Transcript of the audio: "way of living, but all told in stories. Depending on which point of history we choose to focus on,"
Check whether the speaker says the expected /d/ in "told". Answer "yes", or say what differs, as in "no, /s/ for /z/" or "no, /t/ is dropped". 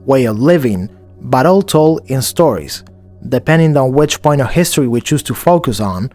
no, /d/ is dropped